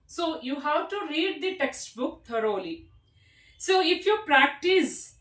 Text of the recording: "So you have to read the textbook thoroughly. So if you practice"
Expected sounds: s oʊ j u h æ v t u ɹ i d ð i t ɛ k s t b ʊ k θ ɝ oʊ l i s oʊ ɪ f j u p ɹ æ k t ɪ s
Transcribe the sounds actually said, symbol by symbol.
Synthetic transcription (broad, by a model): s oʊ j u h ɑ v t u ɹ i d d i t ɛ k s t b ʊ k t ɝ oʊ l i s oʊ ɪ f j u p ɹ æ k t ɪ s